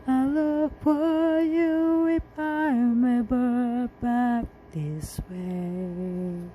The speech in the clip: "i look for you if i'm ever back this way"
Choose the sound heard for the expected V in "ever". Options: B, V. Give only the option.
B